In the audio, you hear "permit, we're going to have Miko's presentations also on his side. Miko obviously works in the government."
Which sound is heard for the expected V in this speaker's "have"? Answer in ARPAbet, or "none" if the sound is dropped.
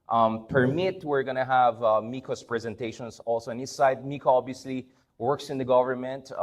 V